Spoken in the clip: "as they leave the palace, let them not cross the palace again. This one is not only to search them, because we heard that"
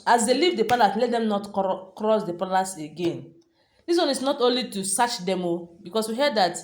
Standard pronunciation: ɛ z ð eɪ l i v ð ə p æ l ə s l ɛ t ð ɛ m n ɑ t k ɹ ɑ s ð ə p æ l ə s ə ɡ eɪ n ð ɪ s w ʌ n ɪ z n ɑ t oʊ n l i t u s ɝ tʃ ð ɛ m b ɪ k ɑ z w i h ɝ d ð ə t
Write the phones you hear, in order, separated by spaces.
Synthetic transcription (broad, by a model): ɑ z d eɪ l i v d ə p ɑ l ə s l ɛ t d ɛ m n ɑ t k ɹ ɑ s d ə p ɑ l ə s ə ɡ eɪ n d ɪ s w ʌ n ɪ s n ɑ t oʊ n l i t u s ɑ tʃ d ɛ m b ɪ k ɑ s w i h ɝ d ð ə t